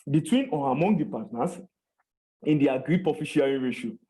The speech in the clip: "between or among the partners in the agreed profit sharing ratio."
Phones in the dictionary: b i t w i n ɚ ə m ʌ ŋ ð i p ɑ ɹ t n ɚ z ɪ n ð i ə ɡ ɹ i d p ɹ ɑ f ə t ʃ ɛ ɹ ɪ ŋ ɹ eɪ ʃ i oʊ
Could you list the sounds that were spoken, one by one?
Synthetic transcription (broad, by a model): b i t w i n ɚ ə m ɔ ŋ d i p ɑ t n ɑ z ɪ n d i ə ɡ ɹ i d p ɑ f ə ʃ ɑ ɹ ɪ ɹ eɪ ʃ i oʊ